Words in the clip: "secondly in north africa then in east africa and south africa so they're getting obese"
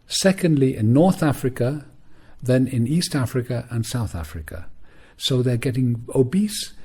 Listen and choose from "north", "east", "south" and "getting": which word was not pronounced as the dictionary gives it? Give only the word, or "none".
none